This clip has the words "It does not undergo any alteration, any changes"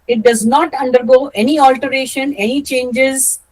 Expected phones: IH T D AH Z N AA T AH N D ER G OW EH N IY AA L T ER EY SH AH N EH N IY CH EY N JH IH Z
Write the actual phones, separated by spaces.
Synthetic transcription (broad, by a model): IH T D AH Z N AA T AH N D ER G OW EH N IY AA L T ER EY SH AH N EH N IY CH EY N JH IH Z